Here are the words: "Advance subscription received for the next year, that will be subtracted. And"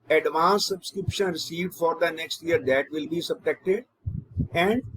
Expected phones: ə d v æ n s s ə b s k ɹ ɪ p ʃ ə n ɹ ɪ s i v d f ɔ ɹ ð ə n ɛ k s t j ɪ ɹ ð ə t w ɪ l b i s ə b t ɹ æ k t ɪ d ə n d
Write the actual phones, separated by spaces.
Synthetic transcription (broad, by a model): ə d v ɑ n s s ə b s k ɹ ɪ p ʃ ə n ɹ ɪ s i v d f ɔ ɹ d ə n ɛ k s t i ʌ ɹ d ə t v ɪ l b i s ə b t ɛ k t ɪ d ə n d